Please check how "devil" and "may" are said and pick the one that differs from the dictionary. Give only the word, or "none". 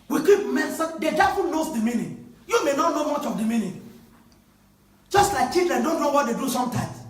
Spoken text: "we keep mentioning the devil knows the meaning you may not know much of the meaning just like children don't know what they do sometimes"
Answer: devil